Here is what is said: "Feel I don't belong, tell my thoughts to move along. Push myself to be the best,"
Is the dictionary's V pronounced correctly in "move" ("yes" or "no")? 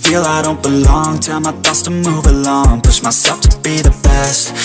yes